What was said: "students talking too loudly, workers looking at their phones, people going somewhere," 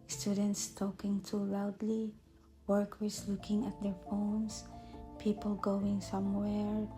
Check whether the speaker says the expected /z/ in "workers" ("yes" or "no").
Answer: no